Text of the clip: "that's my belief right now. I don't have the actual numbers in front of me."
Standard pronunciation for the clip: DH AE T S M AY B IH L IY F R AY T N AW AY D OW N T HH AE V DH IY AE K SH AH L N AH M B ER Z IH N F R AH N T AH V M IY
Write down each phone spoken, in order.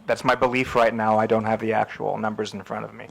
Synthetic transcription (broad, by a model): DH AE T S M AY B IH L IY F R AY T N AW AY D OW N T HH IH V DH IY AE K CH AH L N AH M B ER Z N F R AH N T AH V M IY